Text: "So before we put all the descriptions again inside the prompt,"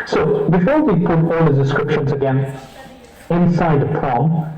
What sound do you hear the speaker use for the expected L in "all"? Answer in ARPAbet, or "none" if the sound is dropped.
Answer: L